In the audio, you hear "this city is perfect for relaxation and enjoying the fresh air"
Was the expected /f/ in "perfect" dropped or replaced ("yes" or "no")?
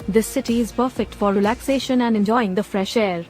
no